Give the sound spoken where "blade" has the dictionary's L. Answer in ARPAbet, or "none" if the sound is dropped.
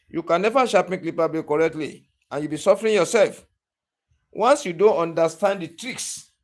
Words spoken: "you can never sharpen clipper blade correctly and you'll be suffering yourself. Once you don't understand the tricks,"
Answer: none